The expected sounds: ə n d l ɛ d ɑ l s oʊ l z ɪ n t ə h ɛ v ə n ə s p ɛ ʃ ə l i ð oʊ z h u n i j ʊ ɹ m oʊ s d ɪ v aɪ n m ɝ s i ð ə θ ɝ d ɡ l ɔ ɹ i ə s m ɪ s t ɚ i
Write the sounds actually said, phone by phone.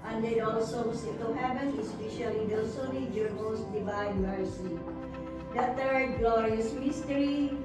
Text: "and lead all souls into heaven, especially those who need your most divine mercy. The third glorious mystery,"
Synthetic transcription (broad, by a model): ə n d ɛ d ɑ l s oʊ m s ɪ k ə h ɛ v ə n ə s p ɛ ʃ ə l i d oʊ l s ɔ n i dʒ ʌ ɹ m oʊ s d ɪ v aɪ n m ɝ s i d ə t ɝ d ɡ l ɔ ɹ i ə s m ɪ s t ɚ i